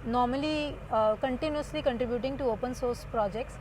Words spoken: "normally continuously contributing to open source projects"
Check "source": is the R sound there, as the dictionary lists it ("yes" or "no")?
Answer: yes